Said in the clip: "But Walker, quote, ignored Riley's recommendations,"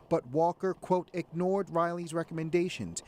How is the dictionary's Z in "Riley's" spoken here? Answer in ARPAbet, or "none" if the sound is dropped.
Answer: Z